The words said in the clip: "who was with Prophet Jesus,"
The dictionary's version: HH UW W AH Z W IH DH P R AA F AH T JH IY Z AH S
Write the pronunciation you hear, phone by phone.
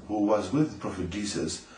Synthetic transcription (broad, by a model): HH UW W AH Z W IH DH P R AA F AH T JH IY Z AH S